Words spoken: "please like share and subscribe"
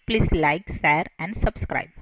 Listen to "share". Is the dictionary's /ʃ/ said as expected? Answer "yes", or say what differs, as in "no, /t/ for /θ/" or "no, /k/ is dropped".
no, /s/ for /ʃ/